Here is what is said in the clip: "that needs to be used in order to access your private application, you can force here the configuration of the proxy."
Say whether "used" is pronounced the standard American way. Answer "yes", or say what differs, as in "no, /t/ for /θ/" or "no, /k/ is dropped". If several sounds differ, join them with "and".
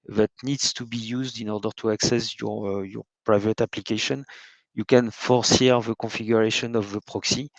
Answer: yes